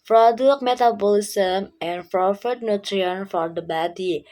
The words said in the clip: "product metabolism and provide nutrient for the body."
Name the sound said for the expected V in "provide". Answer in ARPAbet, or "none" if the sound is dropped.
F